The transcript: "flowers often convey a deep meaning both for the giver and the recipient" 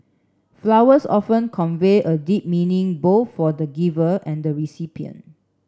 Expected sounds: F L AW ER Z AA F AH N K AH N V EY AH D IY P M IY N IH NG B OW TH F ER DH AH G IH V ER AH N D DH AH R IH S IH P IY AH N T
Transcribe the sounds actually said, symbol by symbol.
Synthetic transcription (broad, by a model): F L AW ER S AA F AH N K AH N V EY AH D IY P M IY N IH NG B OW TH F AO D AH G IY V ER AH N D AH R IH S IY P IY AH N